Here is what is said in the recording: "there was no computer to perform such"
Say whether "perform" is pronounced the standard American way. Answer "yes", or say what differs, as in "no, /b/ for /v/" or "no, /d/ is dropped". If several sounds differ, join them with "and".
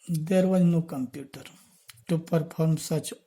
no, /p/ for /f/